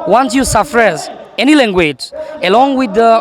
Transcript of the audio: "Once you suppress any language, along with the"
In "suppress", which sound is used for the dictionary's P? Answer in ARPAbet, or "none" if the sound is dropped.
F